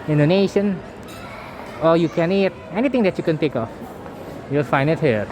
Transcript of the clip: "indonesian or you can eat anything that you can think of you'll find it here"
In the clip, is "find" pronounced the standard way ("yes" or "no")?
no